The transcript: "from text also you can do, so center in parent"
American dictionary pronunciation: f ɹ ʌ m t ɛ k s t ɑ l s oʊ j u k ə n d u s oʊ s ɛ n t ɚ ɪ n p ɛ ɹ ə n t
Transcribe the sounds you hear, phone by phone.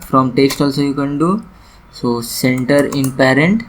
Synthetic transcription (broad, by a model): f ɹ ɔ m t ɛ k s t ɑ l s oʊ j u k ə n d u s oʊ s ɛ n t ɚ ɪ n p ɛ ɹ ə n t